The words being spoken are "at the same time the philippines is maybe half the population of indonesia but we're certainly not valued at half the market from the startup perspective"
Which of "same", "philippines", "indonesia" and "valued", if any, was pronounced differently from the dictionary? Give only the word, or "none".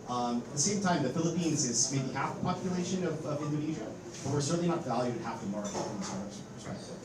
none